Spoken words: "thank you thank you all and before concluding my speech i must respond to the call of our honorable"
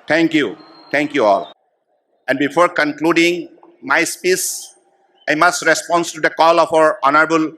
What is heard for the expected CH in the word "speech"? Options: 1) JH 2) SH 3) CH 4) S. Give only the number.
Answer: 4